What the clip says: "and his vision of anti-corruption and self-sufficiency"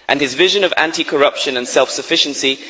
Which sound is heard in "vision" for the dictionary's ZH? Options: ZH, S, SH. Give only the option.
ZH